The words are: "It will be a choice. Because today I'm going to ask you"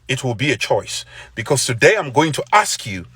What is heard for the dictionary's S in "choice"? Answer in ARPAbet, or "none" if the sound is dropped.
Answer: S